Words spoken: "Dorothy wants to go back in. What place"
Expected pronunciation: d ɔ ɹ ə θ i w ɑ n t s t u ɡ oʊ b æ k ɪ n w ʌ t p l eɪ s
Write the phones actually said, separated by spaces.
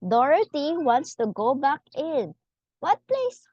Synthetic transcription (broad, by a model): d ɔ ɹ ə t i w ɑ n t s t u ɡ oʊ b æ k ɪ n w ʌ t p l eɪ s